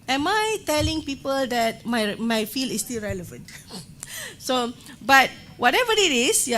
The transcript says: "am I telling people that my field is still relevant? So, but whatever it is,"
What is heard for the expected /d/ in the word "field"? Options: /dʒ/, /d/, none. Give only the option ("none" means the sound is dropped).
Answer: none